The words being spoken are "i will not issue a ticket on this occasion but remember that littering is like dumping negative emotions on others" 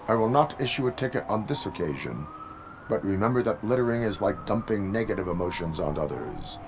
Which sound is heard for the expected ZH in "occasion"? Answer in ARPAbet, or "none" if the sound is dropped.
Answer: ZH